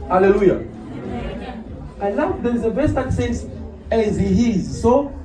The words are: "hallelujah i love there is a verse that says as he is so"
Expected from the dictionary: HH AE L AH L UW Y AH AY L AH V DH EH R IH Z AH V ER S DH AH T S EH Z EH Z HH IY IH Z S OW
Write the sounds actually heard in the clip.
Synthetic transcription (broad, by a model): HH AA L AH L UW Y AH AY L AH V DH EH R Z AH B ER S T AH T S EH S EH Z HH IY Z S OW